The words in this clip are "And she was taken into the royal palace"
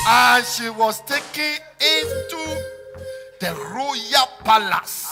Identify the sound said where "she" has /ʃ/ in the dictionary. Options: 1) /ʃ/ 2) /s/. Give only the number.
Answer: 1